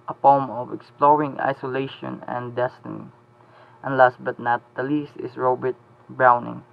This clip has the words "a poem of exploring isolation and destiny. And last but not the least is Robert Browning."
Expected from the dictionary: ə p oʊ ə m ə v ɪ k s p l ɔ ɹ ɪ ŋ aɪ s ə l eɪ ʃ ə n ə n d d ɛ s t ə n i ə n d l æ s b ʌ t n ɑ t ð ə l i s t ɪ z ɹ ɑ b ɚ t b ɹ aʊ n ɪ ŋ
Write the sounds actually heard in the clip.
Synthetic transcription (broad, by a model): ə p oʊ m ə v ɪ k s p l ɔ ɹ ɪ ŋ aɪ s ə l eɪ ʃ ə n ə n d d ɛ s t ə n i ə n l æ s b ʌ t n ɑ t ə l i s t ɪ s ɹ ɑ b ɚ t b ɹ aʊ n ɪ ŋ